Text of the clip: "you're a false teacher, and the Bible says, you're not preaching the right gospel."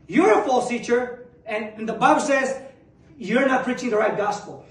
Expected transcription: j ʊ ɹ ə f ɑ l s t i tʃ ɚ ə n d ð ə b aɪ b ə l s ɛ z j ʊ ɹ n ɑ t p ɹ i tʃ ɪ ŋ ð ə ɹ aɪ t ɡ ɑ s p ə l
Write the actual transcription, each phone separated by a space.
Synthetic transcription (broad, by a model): j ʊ ɹ ə f ɑ l s t i tʃ ɚ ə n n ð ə b aɪ b ə l s ɛ z j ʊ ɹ n ɑ t p ɹ i tʃ ɪ ŋ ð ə ɹ aɪ t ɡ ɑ s p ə l